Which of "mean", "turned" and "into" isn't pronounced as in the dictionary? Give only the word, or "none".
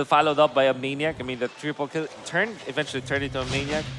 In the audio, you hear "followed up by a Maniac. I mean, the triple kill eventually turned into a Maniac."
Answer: into